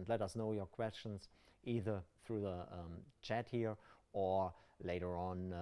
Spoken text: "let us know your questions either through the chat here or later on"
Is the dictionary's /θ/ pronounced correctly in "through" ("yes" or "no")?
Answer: yes